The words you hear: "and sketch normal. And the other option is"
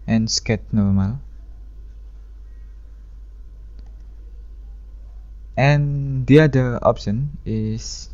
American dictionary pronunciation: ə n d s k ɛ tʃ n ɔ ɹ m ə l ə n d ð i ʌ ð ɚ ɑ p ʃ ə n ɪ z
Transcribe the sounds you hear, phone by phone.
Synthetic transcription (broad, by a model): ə n s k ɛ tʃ n ɔ ɹ m ə l ə n d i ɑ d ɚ ɑ p ʃ ə n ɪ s